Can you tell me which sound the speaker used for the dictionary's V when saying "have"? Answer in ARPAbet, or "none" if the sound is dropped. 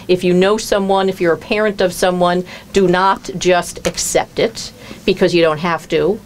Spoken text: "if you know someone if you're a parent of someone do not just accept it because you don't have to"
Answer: F